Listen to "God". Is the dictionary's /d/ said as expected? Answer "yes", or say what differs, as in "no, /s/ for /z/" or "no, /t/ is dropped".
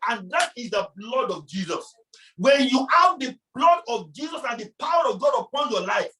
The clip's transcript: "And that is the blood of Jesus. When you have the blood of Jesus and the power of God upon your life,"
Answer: yes